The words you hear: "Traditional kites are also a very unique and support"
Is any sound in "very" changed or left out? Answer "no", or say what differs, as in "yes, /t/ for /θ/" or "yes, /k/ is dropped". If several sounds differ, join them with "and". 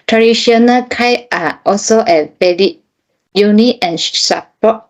yes, /b/ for /v/ and /l/ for /ɹ/